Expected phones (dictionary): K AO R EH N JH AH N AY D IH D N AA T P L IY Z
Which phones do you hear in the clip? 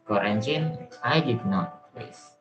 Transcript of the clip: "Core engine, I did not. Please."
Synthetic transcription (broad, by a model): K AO R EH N CH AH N AY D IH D N AA T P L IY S